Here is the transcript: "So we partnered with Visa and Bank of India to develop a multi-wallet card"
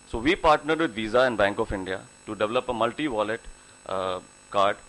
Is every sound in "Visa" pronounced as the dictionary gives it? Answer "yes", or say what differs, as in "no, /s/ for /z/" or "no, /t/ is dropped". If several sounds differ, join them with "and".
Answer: yes